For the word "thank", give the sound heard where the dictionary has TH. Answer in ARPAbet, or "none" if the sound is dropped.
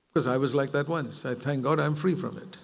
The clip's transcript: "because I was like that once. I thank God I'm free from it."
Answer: TH